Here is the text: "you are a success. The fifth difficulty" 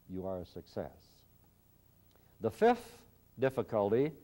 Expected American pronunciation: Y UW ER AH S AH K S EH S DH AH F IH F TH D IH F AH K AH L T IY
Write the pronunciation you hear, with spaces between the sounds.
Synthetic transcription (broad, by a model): Y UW ER AH S AH K S EH S DH AH F IH F TH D IH F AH K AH L T IY